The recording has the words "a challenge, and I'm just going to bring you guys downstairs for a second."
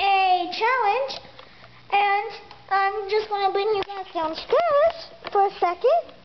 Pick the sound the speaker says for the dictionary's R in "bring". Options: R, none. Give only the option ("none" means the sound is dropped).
none